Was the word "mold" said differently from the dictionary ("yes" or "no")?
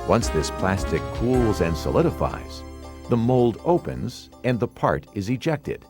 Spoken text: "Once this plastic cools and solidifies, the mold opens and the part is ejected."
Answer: no